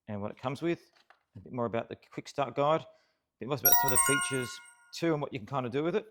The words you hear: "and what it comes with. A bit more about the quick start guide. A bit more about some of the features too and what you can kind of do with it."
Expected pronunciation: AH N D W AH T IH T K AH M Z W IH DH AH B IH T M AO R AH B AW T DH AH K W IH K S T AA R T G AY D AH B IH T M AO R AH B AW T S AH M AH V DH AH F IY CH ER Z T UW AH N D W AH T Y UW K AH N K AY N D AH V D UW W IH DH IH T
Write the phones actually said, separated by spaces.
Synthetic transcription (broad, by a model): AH N W AH T IH T K AH M Z W IH DH AH B IH T M AO R AH B AW T DH AH K W IH K S T AA R T G AY D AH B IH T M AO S AH B AW T S AH M AH V DH AH F IY CH ER Z T UW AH N W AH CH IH K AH N K AY N D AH D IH W IH DH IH T